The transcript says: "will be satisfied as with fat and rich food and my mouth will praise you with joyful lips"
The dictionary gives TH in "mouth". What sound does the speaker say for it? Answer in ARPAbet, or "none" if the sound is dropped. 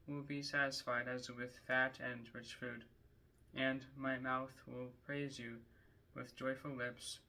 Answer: TH